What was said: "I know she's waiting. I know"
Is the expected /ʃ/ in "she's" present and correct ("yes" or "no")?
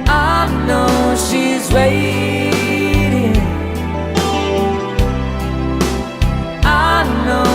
yes